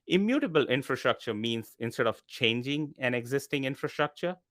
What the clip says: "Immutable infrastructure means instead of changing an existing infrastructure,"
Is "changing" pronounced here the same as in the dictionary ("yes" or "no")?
yes